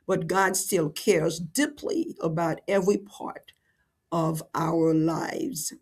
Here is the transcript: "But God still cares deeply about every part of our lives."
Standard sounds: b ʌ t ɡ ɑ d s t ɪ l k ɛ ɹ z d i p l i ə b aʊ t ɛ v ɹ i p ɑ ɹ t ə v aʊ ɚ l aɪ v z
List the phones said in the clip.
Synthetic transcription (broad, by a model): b ʌ t ɡ ɑ d s t ɪ l k ɛ ɹ z d i p l i ə b aʊ t ɛ v ɹ i p ɑ ɹ t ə v aʊ ɚ l aɪ v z